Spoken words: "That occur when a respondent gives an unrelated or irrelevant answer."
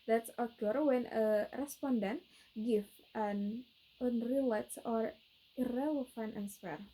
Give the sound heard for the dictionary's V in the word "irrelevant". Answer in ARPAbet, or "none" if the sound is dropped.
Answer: F